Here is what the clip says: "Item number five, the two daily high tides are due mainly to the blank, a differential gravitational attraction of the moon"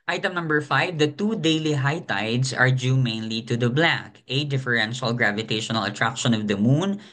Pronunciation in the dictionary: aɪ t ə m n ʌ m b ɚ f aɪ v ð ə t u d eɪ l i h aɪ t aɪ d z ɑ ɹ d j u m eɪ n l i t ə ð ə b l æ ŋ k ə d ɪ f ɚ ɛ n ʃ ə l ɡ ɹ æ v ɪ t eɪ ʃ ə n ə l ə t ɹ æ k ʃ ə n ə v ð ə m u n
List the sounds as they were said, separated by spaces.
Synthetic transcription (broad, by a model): aɪ t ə m n ʌ m b ɚ f aɪ v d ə t u d eɪ l i h aɪ t aɪ d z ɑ ɹ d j u m eɪ n l i t ə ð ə b l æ k ə d ɪ f ɚ ɛ n ʃ ə l ɡ ɹ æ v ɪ t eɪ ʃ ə n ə l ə t ɹ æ k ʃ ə n ə v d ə m u n